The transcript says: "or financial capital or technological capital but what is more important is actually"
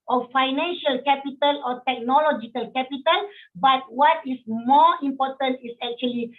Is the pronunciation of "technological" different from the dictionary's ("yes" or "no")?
no